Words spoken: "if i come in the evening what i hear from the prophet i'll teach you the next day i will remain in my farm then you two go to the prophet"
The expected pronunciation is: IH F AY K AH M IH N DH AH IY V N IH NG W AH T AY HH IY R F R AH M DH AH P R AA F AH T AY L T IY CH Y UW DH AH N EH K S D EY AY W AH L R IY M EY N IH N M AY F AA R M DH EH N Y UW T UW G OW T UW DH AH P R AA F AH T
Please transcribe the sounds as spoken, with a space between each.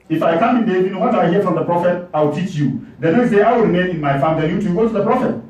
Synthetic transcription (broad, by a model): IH F AY K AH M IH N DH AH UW N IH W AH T AY HH IY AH F R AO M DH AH P R AA F AH T AY W T IY CH Y UW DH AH N EH K S D EY AY W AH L R IY M EY N IH N M AY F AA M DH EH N Y UW T UW G OW T UW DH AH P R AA F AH T